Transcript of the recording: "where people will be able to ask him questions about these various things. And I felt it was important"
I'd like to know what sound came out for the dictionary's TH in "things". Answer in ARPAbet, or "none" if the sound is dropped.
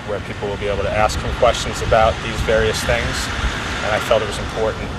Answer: TH